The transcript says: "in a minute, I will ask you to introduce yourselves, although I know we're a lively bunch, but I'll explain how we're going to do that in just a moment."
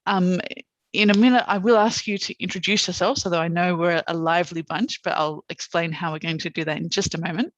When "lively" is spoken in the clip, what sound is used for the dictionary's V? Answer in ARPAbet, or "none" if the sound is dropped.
V